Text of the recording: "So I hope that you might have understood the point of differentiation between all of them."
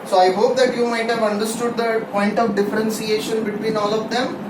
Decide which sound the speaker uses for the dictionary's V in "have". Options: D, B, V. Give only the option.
V